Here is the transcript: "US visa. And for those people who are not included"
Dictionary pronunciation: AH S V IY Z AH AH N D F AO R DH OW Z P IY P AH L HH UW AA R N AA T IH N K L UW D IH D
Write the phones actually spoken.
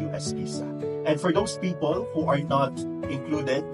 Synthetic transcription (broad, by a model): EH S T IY S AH AH N D F AO R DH OW S P IY P AH L HH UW AA R N AA T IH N K L UW D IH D